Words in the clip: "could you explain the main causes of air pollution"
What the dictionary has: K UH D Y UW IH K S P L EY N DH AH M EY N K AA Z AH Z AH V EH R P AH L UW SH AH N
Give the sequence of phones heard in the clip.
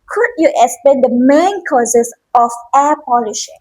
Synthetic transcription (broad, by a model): K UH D Y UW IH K S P EY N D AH M EY N K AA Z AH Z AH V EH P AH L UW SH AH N